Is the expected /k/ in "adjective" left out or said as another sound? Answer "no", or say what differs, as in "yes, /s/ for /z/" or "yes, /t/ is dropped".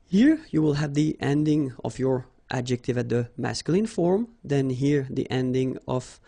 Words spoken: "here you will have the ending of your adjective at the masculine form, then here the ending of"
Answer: no